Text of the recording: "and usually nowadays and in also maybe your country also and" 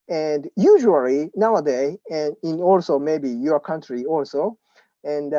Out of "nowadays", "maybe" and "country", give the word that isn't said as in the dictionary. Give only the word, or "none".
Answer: nowadays